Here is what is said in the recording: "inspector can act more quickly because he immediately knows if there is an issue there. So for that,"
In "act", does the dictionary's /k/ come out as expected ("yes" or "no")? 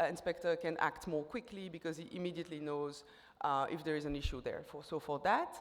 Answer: yes